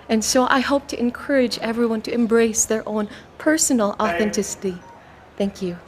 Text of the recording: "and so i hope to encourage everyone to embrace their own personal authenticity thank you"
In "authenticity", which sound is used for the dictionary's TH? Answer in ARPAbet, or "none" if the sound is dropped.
TH